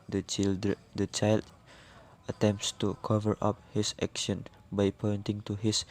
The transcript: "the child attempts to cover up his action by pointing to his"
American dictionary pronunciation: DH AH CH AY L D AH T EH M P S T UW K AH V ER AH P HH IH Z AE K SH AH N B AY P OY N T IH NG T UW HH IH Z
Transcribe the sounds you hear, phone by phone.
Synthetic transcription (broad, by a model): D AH CH AY L D AH T EH M P S T UW K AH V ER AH P HH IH S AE K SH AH N B AY P OY N T IH NG T UW HH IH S